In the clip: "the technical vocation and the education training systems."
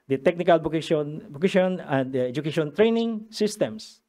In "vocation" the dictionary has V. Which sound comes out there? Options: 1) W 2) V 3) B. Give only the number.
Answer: 3